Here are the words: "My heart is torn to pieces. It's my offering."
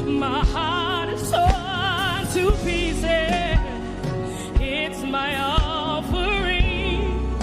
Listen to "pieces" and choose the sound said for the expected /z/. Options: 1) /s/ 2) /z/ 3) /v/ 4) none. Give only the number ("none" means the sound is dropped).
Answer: 4